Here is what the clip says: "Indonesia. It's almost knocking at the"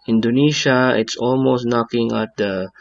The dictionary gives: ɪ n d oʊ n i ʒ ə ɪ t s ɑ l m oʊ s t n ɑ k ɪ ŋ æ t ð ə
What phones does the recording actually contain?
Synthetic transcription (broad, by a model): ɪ n d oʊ n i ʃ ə ɪ t s ɑ l m oʊ s t n ɑ k ɪ ŋ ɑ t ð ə